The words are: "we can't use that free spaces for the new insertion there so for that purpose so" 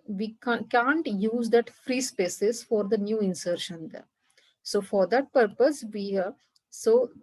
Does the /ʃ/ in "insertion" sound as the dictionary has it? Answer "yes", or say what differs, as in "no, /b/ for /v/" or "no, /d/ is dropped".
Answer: yes